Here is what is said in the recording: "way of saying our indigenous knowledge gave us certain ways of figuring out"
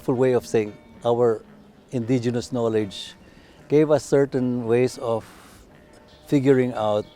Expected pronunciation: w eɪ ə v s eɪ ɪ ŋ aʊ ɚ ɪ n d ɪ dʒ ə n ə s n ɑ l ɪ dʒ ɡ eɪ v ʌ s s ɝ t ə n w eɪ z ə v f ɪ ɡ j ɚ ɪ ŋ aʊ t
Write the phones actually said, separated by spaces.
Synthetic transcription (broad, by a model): w eɪ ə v s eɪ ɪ ŋ aʊ ɚ ɪ n d ɪ dʒ ə n ə s n ɑ l ɪ dʒ ɡ eɪ v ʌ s s ɝ t ə n w eɪ s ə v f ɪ ɡ j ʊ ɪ ŋ aʊ t